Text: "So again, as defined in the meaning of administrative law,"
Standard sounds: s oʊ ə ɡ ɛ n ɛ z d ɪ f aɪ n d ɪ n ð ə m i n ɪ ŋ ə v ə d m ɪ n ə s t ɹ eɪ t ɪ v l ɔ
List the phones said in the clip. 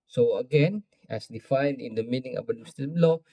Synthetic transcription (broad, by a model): s oʊ ə ɡ ɛ n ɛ s d ɪ f aɪ n d ɪ n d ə m i n ɪ ŋ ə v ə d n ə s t eɪ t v l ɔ